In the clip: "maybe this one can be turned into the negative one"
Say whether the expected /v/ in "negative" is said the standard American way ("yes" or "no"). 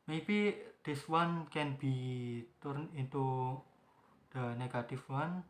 no